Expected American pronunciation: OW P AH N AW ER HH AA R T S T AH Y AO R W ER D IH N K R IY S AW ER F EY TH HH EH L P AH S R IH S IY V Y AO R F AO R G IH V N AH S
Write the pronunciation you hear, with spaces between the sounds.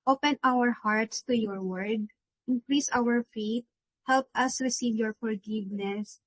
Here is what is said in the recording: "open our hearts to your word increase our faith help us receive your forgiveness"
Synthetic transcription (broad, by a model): OW P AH N AW ER HH AA R T S T AH Y AO R W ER D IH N K R IY S AW ER F EY T HH EH L P AH S R IH S IY V Y AO R F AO R G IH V N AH S